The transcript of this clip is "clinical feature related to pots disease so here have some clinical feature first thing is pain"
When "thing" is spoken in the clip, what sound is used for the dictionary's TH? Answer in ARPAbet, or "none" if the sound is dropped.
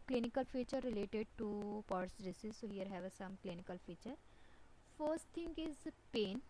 T